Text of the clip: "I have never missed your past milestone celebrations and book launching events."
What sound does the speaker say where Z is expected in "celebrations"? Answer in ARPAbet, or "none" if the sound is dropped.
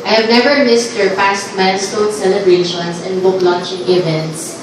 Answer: S